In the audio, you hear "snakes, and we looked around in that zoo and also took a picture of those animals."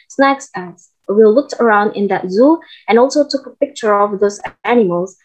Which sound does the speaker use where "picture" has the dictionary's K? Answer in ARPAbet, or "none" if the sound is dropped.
K